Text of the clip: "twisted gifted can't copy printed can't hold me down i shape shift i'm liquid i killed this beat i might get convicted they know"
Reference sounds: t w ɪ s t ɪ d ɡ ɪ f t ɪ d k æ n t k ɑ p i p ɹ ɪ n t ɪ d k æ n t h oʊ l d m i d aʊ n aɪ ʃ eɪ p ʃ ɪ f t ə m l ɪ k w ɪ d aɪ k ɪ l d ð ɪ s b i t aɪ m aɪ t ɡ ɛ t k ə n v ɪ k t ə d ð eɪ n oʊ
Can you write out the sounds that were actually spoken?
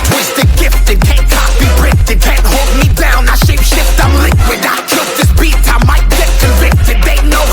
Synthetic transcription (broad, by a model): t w ɪ s t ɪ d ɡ ɪ f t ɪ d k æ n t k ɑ b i ɹ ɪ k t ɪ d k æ n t h oʊ l d m i d aʊ n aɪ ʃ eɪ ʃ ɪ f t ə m l ɪ k w ɪ d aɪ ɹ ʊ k ð ɪ s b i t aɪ m aɪ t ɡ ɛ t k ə v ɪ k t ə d ð eɪ n oʊ